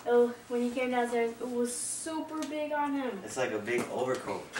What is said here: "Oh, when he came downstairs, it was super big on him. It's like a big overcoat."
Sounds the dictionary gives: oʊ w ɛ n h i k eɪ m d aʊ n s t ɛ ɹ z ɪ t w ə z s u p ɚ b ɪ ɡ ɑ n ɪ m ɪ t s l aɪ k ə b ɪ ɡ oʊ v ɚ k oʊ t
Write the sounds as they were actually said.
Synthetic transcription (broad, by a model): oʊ w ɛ n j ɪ k eɪ m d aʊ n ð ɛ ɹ ɪ t w ə z s u p ɚ b ɪ ɡ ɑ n ɪ m ɪ t s l aɪ k ə b ɪ ɡ oʊ v ɚ k oʊ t